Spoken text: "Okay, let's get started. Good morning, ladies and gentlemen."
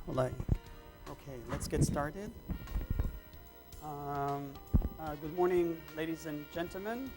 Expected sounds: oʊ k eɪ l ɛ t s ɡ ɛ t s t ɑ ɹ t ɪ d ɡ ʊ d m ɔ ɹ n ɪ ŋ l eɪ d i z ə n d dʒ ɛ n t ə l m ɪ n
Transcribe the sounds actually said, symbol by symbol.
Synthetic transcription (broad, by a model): oʊ k eɪ l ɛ t s ɡ ɛ t s t ɑ ɹ t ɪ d ɡ ʊ d m ɔ ɹ n ɪ ŋ l eɪ d i z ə n dʒ ɛ n t l m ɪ n